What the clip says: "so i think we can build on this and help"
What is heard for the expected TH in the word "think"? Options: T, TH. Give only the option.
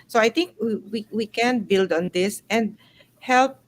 T